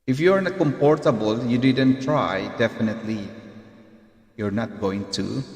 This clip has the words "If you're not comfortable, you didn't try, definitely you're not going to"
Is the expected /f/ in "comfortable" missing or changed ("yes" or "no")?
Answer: yes